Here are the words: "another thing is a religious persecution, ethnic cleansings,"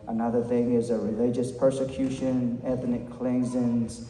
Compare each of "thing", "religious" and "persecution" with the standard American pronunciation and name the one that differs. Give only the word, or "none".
none